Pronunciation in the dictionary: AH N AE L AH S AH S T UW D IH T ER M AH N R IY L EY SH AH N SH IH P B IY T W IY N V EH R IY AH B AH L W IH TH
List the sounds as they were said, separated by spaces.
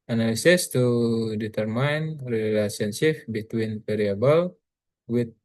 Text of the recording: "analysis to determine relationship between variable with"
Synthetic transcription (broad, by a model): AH N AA L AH S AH S T UW D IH T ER M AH N R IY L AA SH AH N S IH F B IY T W IY N P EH R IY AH B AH L W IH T